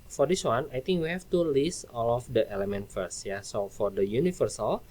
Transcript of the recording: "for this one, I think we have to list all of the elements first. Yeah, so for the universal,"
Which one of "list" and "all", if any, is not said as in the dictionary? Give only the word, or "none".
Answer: list